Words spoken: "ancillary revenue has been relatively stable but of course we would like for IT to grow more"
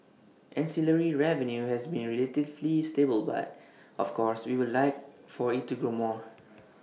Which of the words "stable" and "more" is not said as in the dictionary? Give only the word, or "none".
none